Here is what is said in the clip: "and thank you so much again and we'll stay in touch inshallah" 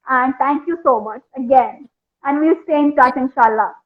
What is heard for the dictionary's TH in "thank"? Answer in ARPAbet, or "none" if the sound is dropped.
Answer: T